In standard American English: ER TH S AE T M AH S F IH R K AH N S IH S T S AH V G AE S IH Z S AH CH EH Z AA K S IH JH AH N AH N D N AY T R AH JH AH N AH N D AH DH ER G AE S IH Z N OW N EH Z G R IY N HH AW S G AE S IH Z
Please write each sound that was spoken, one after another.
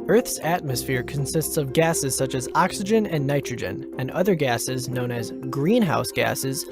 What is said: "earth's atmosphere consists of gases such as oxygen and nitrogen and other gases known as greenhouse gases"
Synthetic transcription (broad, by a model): ER TH S AE T M AH S F IH R K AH N S IH S T S AH V G AE S IH Z S AH CH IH Z AA K S IH JH AH N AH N N AY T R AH JH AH N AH N AH DH ER G AE S IH Z N OW N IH Z G R IY N HH AW S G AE S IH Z